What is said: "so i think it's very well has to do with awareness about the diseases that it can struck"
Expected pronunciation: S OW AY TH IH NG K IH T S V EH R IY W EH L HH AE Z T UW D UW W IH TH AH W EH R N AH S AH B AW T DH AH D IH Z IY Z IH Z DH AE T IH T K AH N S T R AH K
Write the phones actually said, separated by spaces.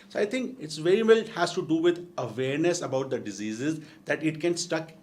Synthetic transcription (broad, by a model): S OW AY T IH NG K IH T S V EH R IY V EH L HH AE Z T UW D UW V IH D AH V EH R N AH S AH B AW T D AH D IH Z IY Z IH Z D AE T IH T K AH N S T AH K